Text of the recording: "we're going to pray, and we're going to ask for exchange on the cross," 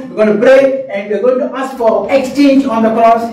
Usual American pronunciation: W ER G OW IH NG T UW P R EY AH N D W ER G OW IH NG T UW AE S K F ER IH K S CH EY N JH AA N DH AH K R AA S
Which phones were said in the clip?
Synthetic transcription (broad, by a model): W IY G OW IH T UW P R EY AH N D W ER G OW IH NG T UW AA S K F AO IH K S CH EY N JH AA N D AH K R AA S